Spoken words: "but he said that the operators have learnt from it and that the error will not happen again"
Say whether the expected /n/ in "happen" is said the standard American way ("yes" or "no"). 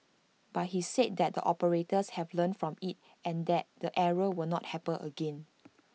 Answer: no